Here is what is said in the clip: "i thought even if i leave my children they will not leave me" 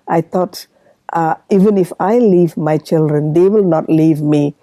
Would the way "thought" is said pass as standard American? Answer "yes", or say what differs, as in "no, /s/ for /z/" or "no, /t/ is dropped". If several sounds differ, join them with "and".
no, /t/ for /θ/